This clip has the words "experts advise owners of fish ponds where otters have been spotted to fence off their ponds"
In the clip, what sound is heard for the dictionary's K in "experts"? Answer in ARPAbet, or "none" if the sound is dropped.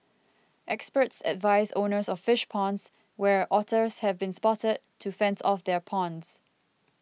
K